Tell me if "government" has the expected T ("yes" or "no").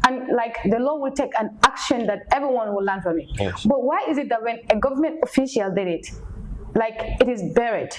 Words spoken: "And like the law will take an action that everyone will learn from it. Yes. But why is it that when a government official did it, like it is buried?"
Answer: yes